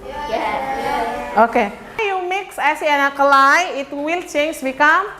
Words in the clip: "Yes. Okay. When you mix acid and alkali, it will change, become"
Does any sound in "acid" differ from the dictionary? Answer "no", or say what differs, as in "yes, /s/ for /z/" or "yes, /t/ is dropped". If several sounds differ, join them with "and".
yes, /d/ is dropped